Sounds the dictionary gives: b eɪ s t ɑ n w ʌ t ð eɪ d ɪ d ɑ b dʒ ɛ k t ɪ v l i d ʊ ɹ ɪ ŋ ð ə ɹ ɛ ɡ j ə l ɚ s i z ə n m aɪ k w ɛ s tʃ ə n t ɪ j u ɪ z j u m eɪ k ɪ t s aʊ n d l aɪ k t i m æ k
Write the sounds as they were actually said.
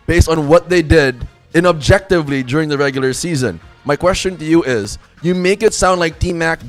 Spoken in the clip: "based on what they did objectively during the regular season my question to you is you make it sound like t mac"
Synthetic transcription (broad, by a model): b eɪ s t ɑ n w ʌ t ð eɪ d ɪ d ɑ b dʒ ɛ k t ɪ v l i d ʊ ɹ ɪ ŋ ð ə ɹ ɛ ɡ j l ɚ s i z ə n m aɪ k w ɛ s tʃ ə n t ɪ j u ɪ z j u m eɪ k ɪ t s aʊ n d l aɪ k t i m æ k